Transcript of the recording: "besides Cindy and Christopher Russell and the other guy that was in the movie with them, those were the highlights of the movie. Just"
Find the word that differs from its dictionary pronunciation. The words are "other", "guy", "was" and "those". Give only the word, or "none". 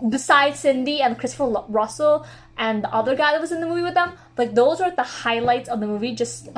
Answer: none